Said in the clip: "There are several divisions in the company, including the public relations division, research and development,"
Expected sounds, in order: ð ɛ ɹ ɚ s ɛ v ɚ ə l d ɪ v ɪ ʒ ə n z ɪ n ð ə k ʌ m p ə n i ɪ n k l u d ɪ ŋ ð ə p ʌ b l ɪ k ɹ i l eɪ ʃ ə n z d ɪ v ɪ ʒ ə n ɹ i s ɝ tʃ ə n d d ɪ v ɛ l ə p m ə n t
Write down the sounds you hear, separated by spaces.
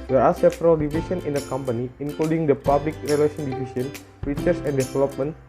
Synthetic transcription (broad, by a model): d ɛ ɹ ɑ s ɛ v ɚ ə l d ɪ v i s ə n ɪ n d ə k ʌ m p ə n i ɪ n k l u d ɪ ŋ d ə p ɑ b l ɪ k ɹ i l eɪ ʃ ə n d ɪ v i s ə n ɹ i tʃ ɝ s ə n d d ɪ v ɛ l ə p m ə n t